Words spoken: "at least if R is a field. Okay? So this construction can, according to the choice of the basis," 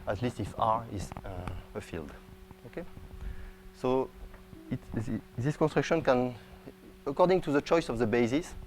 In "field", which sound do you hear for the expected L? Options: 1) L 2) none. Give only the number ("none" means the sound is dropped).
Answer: 1